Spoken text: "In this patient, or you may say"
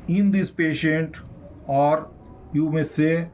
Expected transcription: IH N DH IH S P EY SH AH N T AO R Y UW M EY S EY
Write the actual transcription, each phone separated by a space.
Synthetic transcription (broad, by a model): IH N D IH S P EY SH AH N T AO R Y UW M EY S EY